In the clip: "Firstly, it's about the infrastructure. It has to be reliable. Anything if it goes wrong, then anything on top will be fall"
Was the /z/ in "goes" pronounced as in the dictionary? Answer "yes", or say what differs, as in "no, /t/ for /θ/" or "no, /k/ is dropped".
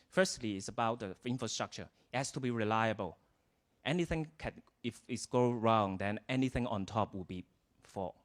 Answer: no, /z/ is dropped